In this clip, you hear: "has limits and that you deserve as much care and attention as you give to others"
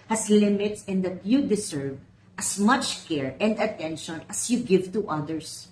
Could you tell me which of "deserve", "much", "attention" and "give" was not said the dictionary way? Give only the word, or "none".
deserve